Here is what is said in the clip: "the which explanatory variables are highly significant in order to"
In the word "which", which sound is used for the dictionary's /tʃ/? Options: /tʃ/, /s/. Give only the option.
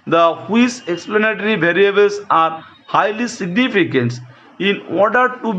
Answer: /s/